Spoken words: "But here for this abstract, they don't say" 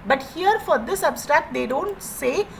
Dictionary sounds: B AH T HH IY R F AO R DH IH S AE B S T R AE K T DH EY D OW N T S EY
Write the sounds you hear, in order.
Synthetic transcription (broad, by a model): B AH T HH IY R F AO R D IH S AE B S T R AE K T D EY D OW N T S EY